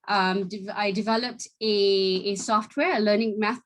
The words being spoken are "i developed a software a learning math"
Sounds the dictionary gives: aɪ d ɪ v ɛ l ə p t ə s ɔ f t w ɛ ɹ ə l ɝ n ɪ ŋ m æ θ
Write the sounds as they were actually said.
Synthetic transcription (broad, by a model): aɪ d ɪ v ɛ l ə p t ə s ɔ f t w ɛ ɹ ə l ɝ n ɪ ŋ m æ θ